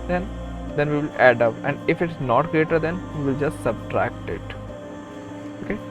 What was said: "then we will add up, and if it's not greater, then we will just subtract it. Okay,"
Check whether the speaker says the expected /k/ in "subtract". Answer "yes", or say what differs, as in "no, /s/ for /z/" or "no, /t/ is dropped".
yes